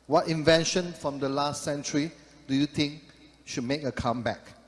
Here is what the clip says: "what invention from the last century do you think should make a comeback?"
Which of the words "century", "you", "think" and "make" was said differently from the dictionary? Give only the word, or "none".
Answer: think